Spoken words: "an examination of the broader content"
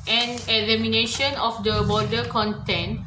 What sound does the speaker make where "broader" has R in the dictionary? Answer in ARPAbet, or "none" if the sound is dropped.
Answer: none